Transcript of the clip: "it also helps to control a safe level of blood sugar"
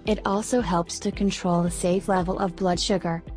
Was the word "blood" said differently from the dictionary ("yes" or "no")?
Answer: no